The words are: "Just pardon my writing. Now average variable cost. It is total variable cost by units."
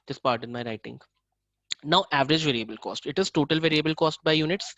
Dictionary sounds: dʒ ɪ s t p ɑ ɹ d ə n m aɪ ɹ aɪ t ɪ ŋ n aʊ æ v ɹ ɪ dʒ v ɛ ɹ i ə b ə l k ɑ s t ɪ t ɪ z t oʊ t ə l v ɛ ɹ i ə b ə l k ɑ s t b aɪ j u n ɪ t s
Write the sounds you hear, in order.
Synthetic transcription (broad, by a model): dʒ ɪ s p ɑ ɹ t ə n m aɪ ɹ aɪ t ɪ ŋ n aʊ æ v ɹ ɪ dʒ v ɛ ɹ i ə b ə l k ɑ s t ɪ t ɪ z t oʊ t ə l v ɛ ɹ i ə b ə l k ɑ s t b aɪ j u n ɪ t s